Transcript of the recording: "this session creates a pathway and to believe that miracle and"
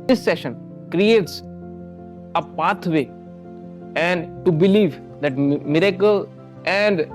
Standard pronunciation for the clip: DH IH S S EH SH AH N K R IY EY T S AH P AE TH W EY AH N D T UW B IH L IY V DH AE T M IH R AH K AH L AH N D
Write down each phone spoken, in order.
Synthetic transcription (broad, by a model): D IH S S EH SH AH N K R IY EY T S AH P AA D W EY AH N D T UW B IH L IY V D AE T M IH R AH K AH L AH N D